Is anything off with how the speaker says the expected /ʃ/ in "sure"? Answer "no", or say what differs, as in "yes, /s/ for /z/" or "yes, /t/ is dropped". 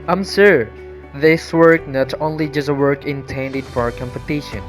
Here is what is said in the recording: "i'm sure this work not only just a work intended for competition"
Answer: yes, /s/ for /ʃ/